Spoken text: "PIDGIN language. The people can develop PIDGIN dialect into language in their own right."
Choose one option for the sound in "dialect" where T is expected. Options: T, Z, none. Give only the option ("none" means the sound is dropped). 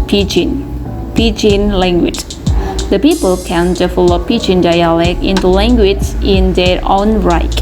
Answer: none